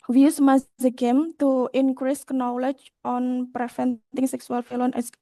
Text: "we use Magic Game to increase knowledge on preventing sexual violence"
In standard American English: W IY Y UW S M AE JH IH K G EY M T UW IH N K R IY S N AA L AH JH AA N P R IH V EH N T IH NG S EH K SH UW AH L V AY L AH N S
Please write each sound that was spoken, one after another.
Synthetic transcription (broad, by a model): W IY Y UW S M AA Z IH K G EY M T UW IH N K R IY S N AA L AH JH AA N P R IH F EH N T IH NG S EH K S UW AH L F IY L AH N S